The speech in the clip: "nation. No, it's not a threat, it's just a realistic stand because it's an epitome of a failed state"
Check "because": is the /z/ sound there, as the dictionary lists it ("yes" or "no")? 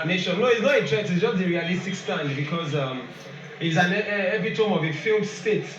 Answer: yes